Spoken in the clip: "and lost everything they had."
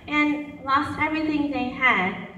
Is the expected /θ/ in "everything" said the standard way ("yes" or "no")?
yes